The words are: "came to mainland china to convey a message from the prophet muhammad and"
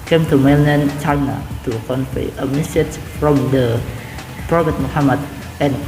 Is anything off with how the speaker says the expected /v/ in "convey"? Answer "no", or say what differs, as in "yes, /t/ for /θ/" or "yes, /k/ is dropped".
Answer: yes, /f/ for /v/